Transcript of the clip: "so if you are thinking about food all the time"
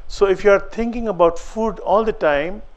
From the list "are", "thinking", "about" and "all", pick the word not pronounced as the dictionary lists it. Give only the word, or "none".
thinking